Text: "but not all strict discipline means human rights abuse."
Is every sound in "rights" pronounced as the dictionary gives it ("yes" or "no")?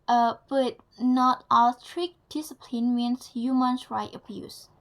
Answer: no